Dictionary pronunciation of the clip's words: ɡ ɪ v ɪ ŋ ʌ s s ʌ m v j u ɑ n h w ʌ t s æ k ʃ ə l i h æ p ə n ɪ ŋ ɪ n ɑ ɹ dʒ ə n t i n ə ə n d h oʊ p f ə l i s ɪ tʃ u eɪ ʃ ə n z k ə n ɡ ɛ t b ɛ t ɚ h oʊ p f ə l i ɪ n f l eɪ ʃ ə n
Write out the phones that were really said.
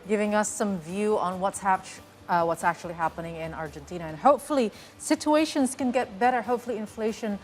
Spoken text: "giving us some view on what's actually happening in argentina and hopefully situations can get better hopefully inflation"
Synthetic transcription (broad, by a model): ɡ ɪ v ɪ ŋ ʌ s s ʌ m v j u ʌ n h w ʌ t s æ k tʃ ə l i h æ p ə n ɪ ŋ ɪ n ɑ ɹ dʒ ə n t i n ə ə n h oʊ p f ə l i s ɪ tʃ u eɪ ʃ ə n z k ə n ɡ ɛ t b ɛ t ɚ h oʊ p f l i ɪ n f l eɪ ʃ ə n